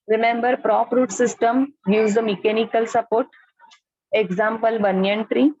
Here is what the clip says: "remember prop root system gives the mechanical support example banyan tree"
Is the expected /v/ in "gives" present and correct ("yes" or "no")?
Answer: no